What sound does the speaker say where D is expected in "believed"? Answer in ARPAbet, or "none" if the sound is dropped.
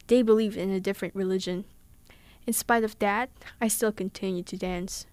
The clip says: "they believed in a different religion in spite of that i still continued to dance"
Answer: D